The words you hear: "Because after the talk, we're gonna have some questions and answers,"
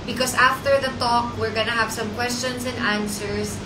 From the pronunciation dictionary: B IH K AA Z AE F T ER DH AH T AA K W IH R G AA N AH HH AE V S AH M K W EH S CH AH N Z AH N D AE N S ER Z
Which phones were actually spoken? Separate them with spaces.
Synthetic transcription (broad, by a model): B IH K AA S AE F T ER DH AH T AA K W IH R G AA N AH HH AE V S AH M K W EH S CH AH N S AH N D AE N S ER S